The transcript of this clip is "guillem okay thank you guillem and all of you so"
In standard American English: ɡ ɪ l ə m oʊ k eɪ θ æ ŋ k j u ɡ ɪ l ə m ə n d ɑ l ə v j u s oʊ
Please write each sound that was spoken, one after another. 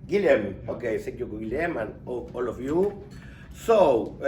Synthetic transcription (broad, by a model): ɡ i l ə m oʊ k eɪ s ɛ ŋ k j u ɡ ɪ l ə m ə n ɑ l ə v j u s oʊ